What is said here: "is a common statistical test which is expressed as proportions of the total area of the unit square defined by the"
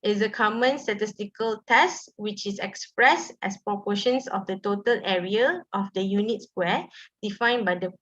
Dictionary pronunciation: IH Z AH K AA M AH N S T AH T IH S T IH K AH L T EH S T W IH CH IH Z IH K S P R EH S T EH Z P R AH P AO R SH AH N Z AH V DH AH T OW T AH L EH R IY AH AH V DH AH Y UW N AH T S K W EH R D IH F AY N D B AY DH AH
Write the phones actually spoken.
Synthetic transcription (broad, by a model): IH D AH K AA M AH N S T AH T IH S T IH K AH L T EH S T W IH CH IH S IH K S P R EH S T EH S P R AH P AO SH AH N S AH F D AH T OW T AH L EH R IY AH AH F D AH Y UW N AH T S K W EH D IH F AY N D B AY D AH